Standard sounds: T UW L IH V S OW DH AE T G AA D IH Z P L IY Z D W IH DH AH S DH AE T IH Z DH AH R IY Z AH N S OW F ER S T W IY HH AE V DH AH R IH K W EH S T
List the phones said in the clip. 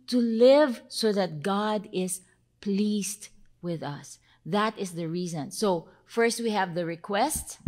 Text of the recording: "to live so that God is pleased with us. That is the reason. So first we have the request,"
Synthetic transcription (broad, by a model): T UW L IH V S OW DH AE T G AA D IH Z P L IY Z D W IH DH AH S DH AE T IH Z DH AH R IY Z AH N S OW F ER S T W IY HH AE V DH AH R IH K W EH S T